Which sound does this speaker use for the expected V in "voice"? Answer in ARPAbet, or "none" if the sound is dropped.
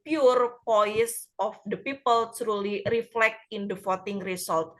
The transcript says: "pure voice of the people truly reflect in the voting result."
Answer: P